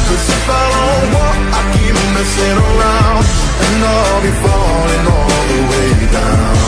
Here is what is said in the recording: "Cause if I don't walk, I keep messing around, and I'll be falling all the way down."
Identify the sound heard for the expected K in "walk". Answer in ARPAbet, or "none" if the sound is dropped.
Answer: none